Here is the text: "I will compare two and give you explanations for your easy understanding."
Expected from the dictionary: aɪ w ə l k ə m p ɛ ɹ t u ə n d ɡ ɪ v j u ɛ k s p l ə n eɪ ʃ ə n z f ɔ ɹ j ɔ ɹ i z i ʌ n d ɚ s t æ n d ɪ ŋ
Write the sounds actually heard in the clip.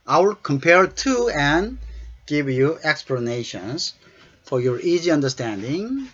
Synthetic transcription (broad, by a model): aɪ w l k ə m p ɛ ɹ t u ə n ɡ ɪ v j u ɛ k s p l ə n eɪ ʃ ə n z f ɔ ɹ j ɔ ɹ i z i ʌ n d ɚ s t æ n d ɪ ŋ